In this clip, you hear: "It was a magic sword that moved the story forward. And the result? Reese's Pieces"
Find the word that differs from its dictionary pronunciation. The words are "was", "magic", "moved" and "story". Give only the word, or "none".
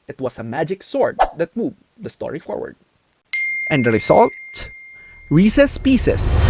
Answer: was